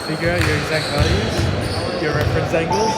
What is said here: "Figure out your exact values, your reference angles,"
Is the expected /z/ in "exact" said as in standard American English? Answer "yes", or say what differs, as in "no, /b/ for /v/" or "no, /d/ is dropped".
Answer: yes